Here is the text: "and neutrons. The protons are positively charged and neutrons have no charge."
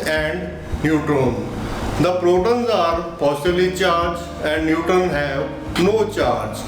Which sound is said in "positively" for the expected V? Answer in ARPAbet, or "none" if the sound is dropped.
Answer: B